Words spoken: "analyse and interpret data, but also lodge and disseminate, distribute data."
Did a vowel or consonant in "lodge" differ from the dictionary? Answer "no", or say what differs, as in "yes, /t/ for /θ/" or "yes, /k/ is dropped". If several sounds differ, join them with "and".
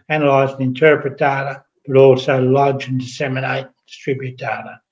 no